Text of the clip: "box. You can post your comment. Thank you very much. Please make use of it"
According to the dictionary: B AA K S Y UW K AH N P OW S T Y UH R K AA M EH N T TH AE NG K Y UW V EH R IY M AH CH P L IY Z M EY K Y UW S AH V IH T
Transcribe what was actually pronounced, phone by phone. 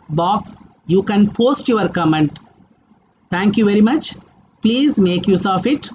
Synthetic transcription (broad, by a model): B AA K S Y UW K AH N P OW S T Y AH R K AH M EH N T T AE NG K Y UW V EH R IY M AH CH P L IY Z M EY K Y UW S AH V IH T